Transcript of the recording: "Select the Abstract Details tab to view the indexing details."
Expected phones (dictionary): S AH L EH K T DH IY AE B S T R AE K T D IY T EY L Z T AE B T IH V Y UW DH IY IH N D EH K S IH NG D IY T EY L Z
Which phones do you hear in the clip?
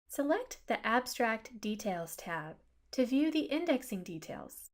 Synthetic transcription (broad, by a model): S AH L EH K T DH IY AE B S T R AE K T D IY T EY L Z T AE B T IH V Y UW DH IY IH N D EH K S IH NG D IY T EY L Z